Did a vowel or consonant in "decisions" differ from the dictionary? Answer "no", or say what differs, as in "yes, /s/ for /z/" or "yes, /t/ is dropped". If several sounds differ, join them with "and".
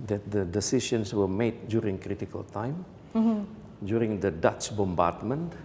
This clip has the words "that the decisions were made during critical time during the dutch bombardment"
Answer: yes, /ʃ/ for /ʒ/ and /s/ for /z/